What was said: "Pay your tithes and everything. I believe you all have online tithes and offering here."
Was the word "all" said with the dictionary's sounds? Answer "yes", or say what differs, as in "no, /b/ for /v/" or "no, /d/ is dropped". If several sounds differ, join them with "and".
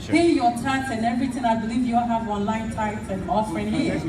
no, /n/ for /l/